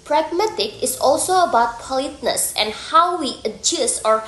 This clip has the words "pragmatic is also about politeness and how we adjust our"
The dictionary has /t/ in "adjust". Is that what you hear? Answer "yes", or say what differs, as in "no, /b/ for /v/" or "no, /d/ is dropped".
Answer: no, /t/ is dropped